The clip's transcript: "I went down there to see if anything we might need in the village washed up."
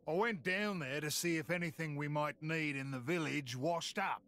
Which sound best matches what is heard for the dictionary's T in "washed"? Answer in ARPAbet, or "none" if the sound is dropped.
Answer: T